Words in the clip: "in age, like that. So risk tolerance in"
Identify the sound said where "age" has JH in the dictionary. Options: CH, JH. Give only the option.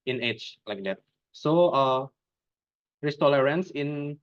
CH